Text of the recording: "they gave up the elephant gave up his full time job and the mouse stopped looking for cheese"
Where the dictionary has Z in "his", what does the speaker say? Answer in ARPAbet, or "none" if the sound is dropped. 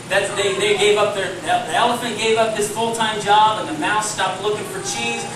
S